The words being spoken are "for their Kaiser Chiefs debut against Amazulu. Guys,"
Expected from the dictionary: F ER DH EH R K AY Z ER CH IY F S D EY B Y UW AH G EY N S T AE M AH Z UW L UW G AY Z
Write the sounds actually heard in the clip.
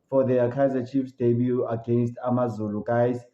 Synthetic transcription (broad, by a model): F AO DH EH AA K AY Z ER CH IY F S D EY B Y UW AH G EY N S T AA M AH Z UW L UW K AY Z